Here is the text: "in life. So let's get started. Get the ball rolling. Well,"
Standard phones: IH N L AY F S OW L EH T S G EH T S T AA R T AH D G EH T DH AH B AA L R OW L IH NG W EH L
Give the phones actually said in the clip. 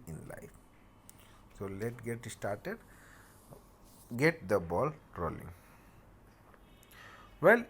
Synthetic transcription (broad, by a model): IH N L AY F S OW L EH T G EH T S T AA R T AH D G EH T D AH B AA L R OW L IH NG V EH L